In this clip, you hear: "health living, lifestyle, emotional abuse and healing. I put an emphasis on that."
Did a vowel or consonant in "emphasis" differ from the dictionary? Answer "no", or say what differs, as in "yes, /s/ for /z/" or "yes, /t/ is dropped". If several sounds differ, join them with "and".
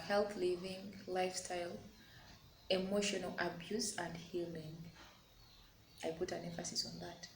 no